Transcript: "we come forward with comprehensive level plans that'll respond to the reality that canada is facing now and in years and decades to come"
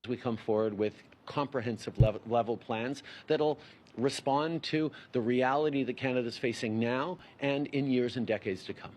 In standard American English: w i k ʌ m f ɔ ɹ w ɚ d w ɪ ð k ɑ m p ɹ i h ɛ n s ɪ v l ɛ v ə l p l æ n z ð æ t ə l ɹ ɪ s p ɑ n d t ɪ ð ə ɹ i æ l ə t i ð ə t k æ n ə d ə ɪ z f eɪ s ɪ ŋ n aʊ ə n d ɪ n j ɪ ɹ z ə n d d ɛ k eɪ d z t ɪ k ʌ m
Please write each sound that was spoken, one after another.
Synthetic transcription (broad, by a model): w i k ʌ m f ɔ ɹ w ɚ d w ɪ ð k ɑ m p ɹ i h ɛ n s ɪ v l ɛ v l p l æ n z ð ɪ t l ɹ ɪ s p ɑ n t ɪ ð ə ɹ i æ l ə t i ð ə t k æ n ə d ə ɪ z f eɪ s ɪ ŋ n aʊ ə n ɪ n j ɪ ɹ z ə n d d ɛ k eɪ d z t ɪ k ʌ m